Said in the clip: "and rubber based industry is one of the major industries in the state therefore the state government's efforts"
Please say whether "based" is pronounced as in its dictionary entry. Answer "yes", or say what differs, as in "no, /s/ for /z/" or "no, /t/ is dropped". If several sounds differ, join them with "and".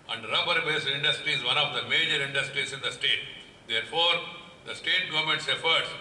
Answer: no, /t/ is dropped